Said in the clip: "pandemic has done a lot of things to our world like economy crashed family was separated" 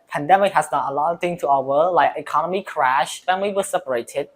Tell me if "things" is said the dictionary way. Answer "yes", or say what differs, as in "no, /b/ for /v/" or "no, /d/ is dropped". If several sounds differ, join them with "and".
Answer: no, /z/ is dropped